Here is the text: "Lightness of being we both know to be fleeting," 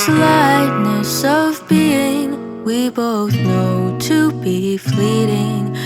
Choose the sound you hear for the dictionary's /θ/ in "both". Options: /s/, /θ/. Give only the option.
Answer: /θ/